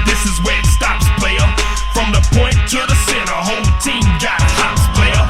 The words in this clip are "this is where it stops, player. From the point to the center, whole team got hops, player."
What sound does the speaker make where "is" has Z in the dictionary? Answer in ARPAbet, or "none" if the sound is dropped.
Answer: Z